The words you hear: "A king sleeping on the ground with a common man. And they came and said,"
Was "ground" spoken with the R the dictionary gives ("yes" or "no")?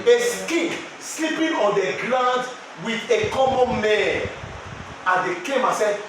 no